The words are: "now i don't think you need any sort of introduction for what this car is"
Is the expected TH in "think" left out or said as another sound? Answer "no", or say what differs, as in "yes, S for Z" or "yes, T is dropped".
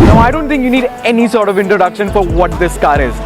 yes, T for TH